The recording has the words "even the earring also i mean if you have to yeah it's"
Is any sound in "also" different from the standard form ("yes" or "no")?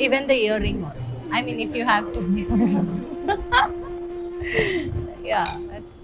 yes